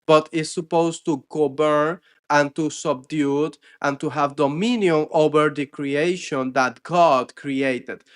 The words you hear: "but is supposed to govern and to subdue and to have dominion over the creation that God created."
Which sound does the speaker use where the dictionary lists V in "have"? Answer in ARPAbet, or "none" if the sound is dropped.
V